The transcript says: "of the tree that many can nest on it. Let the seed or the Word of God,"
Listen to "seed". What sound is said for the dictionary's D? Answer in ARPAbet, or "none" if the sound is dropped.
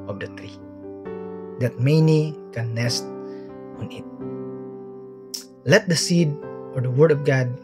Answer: D